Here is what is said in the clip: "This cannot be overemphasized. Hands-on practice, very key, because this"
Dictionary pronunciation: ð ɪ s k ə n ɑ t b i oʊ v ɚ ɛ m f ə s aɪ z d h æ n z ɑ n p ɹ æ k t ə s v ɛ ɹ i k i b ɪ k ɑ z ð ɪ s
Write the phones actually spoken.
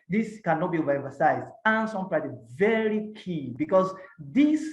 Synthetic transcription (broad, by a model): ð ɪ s k ə n ɑ t b i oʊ v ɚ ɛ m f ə s aɪ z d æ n s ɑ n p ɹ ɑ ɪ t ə v ɛ ɹ i k i b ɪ k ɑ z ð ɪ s